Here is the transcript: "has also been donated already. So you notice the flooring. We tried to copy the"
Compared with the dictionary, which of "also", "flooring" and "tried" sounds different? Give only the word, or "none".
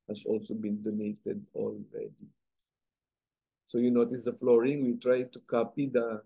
none